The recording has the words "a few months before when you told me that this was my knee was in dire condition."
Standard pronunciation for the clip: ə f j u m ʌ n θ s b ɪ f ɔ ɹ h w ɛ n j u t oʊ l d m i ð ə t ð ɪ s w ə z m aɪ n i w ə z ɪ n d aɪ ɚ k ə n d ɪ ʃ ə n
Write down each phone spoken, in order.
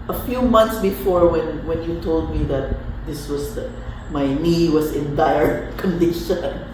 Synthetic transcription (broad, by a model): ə f j u m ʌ n t s b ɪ f ɔ ɹ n w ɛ n j u t oʊ l d m i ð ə t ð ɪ s w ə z m aɪ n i w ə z ɪ n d aɪ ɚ k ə n d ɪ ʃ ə n